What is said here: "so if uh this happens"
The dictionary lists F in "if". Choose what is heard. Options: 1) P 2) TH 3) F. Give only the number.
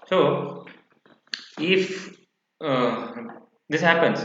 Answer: 3